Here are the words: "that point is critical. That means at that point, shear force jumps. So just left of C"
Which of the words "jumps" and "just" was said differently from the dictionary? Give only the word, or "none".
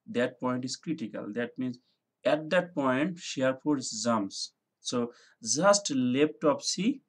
jumps